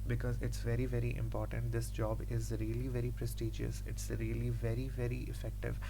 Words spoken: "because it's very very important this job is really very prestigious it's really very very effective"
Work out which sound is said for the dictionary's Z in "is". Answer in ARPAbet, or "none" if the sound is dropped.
Z